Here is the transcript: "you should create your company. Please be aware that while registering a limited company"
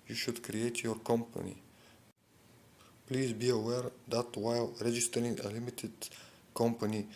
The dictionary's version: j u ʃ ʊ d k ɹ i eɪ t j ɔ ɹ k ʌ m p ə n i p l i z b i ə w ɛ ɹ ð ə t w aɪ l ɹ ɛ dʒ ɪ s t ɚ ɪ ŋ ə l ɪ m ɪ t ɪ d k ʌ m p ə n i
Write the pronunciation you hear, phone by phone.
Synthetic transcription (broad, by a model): j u ʃ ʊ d k ɹ i eɪ t j ɔ ɹ k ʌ m p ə n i p l i z b i ə w ɛ ɹ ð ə t w aɪ l ɹ ɛ dʒ ɪ s t ɚ ɪ ŋ ə l ɪ m ɪ t ɪ d k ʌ m p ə n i